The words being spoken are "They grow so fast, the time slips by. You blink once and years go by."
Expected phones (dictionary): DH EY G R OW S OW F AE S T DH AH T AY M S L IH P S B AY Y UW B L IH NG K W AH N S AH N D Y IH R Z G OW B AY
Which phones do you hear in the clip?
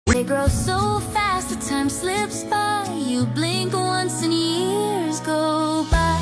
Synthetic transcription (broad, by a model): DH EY G R OW S OW F AE S T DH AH T AY M S L IH P S B AY Y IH B L IH NG K W AH N S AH N Y IH R Z G OW B AY